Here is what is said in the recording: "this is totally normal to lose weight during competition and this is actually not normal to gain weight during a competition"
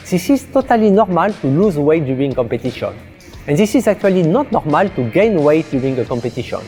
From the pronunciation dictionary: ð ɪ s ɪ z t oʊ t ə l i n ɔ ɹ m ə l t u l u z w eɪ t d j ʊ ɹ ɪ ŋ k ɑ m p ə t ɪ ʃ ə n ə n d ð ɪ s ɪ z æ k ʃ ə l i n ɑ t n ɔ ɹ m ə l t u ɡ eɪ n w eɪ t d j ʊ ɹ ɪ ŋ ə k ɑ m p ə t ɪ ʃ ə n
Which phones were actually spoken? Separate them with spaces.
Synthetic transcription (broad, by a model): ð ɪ s ɪ z t oʊ t ə l i n ɔ ɹ m ə l t u l u z w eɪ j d j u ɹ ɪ ŋ k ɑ m p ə t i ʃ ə n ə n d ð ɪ s ɪ z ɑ k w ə l i n ɑ t n ɔ ɹ m ə l t u ɡ eɪ n w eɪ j d j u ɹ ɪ ŋ ə k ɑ m p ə t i ʃ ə n